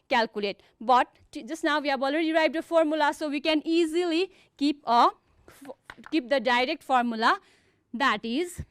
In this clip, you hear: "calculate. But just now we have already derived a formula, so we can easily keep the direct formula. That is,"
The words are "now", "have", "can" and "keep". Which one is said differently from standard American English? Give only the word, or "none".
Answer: have